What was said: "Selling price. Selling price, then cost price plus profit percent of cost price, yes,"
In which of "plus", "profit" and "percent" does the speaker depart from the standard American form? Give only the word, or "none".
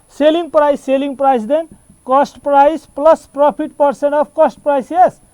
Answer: profit